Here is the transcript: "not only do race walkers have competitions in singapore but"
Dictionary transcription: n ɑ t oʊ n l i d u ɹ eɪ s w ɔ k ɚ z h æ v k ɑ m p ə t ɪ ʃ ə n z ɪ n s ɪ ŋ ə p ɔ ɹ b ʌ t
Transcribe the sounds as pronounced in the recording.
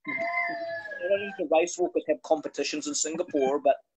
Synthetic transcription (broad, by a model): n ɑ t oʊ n i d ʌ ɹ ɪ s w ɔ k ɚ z h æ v k ɑ m p ə t ɪ ʃ ə n z ɪ n s ɪ ŋ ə p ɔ ɹ b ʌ t